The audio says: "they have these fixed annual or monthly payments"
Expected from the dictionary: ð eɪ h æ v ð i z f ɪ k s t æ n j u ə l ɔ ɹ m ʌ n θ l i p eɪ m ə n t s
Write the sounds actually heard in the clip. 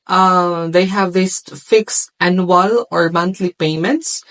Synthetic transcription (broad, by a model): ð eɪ h æ v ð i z f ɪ k s æ n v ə l ɔ ɹ m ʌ n t l i p eɪ m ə n t s